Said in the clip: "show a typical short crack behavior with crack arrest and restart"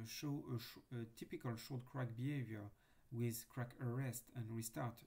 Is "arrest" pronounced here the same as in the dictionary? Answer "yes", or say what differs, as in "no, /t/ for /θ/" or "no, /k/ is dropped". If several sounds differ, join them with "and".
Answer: yes